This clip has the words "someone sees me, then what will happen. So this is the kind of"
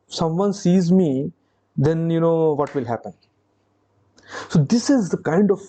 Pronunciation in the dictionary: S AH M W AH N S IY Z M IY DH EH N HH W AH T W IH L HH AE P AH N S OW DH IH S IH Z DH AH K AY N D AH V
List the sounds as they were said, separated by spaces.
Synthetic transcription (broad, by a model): S AH M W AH N S IY Z M IY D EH N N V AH T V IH L HH AE P AH N S OW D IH S IH Z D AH K AY N D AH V